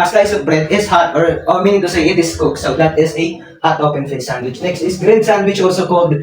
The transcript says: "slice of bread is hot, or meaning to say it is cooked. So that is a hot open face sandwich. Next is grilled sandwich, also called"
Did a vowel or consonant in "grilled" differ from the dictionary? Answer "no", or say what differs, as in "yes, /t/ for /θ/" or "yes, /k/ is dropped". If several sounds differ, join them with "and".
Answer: yes, /n/ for /l/